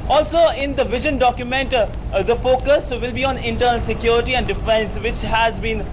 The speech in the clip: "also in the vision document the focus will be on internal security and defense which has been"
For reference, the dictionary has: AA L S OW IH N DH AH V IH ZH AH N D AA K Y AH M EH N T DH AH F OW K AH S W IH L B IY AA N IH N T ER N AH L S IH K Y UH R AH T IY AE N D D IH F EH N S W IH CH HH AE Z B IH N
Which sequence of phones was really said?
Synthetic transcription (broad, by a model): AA L S OW IH N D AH V IH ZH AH N D AA K Y AH M EH N T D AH F OW K AH S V IH L B IY AA N IH N T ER N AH L S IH K Y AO R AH T IY AE N D D IH F EH N S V IH CH HH AE Z B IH N